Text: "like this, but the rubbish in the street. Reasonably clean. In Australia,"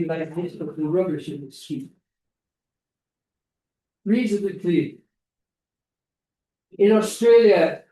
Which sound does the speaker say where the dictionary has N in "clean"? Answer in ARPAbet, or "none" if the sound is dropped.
none